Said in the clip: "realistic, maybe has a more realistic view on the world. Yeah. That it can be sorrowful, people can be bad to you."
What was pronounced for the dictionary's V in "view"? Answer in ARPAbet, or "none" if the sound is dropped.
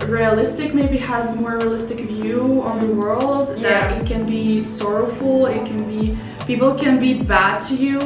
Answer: V